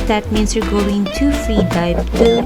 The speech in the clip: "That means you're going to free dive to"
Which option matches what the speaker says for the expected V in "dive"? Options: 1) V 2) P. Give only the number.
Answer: 2